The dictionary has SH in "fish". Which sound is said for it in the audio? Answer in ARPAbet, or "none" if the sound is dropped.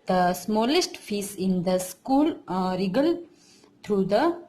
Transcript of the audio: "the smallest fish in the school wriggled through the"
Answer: S